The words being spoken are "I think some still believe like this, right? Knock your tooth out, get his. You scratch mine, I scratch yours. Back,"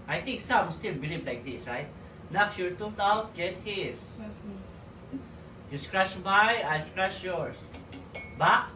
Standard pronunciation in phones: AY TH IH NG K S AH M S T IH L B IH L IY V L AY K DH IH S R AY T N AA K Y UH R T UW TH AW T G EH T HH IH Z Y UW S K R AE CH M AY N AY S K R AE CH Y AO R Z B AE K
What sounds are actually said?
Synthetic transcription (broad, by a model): AY T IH NG K S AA M S T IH L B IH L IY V L AY K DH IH S R AY T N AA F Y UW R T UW T AW T G EH T HH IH S Y UW S K R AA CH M AY AY S K R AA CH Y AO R S B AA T